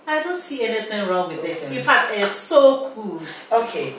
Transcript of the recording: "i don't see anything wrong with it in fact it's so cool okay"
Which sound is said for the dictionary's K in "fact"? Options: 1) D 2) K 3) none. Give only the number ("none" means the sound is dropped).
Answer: 3